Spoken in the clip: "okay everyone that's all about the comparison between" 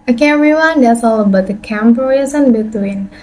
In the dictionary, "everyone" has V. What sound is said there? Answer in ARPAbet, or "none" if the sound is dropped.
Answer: none